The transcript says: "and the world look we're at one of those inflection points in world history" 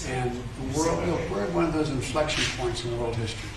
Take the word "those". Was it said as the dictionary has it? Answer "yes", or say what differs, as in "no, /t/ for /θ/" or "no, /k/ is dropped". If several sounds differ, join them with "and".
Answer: yes